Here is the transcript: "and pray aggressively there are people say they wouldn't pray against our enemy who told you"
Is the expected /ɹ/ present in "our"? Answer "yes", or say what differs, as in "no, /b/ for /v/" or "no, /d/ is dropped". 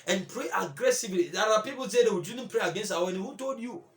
no, /w/ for /ɹ/